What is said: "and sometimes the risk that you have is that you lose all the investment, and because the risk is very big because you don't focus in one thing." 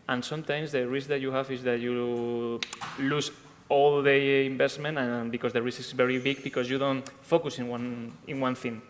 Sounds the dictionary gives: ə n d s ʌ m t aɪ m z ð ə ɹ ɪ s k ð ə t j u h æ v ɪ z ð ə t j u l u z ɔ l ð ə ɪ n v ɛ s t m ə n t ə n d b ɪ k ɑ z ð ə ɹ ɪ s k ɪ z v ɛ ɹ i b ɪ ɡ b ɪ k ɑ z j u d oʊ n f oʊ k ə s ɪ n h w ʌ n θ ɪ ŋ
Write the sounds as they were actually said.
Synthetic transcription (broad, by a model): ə n s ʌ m t aɪ m s ð ə ɹ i s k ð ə t j u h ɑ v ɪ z ð ə t j u l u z ɔ l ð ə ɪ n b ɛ s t m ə n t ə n b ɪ k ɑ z ð ə ɹ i s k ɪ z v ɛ ɹ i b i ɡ b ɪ k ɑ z j u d oʊ n f oʊ k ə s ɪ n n w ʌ n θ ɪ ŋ